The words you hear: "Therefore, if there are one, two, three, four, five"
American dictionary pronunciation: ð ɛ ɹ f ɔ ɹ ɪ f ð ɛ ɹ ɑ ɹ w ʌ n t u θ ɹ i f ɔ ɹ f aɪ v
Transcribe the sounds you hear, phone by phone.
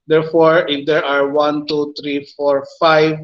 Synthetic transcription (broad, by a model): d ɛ ɹ f ɔ ɹ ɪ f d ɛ ɹ ɑ ɹ w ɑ n t u t ɹ i f ɔ ɹ f aɪ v